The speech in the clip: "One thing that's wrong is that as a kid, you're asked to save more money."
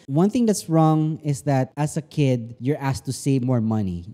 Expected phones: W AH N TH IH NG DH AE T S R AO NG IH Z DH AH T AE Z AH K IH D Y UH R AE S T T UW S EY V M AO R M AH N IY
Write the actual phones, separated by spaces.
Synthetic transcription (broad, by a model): W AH N TH IH NG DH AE T S R AO NG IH S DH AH T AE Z AH K IH D Y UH R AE S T T UW S EY V M AO R M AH N IY